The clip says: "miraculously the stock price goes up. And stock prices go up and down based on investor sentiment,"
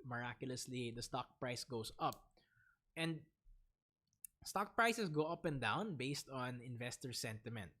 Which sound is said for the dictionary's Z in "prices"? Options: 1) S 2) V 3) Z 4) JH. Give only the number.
1